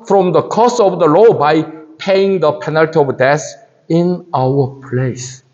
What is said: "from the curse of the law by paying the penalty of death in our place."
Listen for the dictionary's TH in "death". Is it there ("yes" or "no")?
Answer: no